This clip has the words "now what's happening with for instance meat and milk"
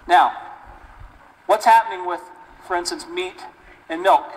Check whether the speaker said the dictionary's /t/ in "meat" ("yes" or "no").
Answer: yes